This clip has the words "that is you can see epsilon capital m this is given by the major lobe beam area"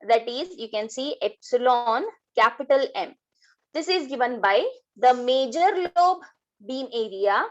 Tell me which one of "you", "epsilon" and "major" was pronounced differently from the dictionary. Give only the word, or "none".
none